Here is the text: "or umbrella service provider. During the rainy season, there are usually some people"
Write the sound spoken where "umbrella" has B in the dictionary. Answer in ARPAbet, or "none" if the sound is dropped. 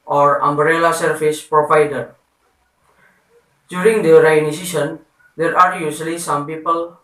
B